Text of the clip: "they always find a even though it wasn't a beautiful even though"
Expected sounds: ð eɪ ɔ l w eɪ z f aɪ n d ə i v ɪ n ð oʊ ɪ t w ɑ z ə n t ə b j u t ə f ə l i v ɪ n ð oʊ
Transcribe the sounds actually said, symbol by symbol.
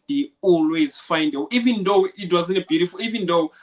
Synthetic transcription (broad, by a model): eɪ ɔ l w eɪ z f aɪ n d ə i v ɪ n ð oʊ ɪ t w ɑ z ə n ə b j u t ə f ə l i v ɪ n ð oʊ